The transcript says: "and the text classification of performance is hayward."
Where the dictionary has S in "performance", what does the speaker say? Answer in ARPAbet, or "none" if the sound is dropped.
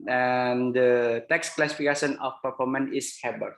none